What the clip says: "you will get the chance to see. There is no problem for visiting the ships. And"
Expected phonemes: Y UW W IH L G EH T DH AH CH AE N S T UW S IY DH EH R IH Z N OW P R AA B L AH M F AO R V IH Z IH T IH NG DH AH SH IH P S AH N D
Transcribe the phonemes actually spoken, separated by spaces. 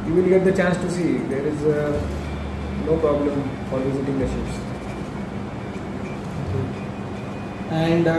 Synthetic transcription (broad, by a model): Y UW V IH L G EH T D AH CH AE N S T UW S IY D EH R IH Z N OW P R AA B L AH M F AO R V IH Z IH T IH NG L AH S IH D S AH N D